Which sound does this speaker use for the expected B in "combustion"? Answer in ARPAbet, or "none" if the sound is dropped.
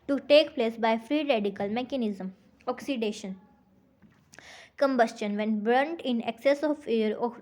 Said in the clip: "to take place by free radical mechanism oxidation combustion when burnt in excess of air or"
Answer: B